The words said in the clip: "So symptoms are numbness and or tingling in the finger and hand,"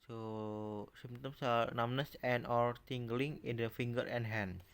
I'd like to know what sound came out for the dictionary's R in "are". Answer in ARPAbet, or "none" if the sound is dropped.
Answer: L